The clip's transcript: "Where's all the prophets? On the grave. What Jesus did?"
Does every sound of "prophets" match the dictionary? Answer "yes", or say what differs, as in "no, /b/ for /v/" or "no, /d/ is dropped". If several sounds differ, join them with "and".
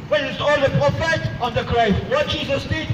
no, /s/ is dropped